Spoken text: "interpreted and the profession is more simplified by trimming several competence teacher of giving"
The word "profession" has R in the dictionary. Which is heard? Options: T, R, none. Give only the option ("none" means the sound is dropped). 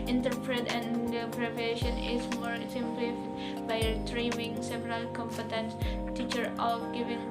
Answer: none